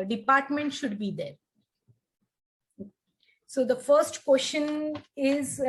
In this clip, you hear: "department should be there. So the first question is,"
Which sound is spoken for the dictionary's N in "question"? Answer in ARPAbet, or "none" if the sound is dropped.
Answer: N